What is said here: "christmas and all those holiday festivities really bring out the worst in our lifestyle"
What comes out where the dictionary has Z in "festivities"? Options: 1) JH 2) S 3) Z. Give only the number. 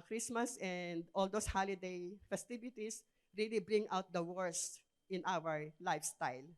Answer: 2